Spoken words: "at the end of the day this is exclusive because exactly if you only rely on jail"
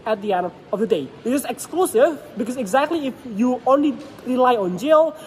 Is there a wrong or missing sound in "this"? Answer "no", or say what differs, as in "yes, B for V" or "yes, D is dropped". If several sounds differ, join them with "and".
yes, S is dropped